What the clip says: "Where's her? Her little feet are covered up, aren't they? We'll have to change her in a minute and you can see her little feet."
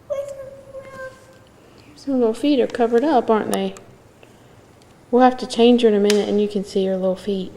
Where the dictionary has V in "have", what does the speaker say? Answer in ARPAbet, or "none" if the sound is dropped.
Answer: F